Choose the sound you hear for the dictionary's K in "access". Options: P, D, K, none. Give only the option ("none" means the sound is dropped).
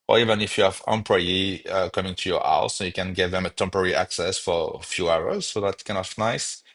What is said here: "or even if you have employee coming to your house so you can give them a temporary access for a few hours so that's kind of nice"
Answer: K